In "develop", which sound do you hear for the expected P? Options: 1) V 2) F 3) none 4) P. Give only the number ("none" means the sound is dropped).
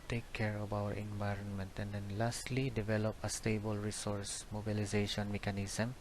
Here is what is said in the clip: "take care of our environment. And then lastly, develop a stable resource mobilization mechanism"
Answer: 4